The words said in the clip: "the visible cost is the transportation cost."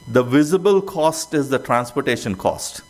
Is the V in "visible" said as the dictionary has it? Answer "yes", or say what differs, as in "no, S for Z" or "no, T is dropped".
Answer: yes